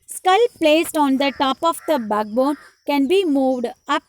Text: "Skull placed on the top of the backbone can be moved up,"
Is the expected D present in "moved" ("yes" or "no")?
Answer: yes